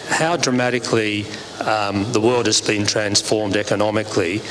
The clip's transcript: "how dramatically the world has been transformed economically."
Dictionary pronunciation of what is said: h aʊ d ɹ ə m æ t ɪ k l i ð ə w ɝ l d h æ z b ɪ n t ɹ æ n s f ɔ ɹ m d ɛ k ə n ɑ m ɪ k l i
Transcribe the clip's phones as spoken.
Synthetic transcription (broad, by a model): h aʊ d ɹ ə m æ t ɪ k l i ð ə w ɝ l d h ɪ z b ɪ n t ɹ æ n s f ɔ ɹ m d ɛ k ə n ɑ m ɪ k l i